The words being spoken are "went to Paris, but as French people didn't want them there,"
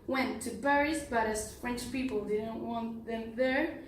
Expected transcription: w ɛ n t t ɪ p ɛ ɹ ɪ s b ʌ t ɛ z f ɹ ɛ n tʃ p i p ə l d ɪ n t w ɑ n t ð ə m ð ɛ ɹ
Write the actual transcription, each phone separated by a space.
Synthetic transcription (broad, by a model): w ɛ n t t ɪ b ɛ ɹ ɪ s b ʌ t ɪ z f ɹ ɛ n tʃ p i p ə l d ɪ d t w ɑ n ð ə m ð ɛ ɹ